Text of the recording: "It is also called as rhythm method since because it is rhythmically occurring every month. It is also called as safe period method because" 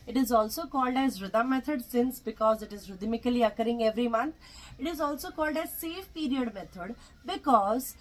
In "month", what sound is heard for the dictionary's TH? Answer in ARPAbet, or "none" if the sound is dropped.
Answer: T